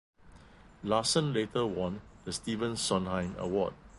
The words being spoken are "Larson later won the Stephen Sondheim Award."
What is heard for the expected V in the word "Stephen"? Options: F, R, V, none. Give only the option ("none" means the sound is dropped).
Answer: V